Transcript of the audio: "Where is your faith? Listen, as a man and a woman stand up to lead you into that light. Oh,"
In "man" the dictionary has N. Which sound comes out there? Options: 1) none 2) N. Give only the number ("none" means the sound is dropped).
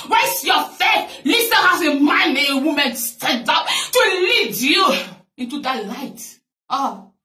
1